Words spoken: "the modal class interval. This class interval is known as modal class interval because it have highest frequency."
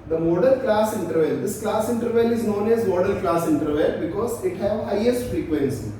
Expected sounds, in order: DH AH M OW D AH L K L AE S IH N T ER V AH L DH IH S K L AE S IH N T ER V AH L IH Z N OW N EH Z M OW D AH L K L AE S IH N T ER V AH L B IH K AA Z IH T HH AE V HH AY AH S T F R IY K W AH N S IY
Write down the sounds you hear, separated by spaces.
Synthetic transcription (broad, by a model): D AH M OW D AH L K L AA S IH N T ER V AH L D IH S K L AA S IH N T ER V AH L IH Z N OW N EH Z M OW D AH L K L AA S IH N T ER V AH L B IH K AA Z IH T HH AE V HH AY AH S T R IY K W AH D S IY